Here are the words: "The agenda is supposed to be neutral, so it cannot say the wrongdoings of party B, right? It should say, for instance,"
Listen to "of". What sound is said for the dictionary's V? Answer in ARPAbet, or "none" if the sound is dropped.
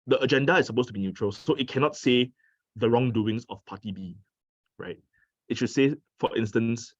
F